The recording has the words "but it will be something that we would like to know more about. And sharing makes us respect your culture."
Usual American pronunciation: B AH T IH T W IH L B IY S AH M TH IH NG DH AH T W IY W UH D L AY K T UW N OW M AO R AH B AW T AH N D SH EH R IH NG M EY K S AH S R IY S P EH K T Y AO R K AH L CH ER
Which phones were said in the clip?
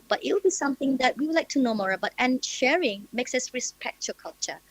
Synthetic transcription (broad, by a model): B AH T IH T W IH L B IY S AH M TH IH NG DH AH T W IY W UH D L AY K T UW N OW M AO R AH B AW T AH N SH EH R IH NG M EY K S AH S R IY S P EH K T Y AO K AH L CH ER